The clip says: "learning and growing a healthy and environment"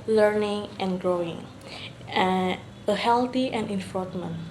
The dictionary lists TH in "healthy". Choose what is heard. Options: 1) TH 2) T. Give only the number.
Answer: 2